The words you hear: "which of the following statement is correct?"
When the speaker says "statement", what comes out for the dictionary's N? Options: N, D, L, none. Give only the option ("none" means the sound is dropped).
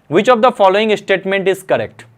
N